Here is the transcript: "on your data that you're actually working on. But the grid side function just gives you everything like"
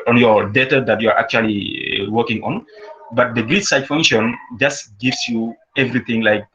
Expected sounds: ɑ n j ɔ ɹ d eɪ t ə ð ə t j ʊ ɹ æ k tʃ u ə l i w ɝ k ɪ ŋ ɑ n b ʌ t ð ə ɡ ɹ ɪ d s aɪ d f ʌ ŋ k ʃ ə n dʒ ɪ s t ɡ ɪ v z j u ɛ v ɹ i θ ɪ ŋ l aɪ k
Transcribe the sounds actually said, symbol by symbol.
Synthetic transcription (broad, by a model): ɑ n j ɔ ɹ d eɪ t ə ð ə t j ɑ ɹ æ k tʃ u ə l i w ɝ k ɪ ŋ ɑ n b ʌ t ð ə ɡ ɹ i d s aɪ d f ʌ ŋ k ʃ ə n dʒ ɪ s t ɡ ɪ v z j u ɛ v ɹ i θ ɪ ŋ l aɪ k